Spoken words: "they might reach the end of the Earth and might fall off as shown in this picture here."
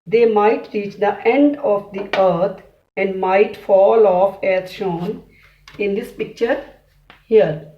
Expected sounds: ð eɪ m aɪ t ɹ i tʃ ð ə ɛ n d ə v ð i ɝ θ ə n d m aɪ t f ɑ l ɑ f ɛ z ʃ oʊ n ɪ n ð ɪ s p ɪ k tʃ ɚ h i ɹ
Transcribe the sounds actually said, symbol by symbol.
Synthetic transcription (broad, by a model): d eɪ m aɪ t ɹ i tʃ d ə ɛ n d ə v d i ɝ t ə n d m aɪ t f ɑ l ɑ f ɛ z ʃ oʊ n ɪ n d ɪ s p ɪ k tʃ ɚ h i ɹ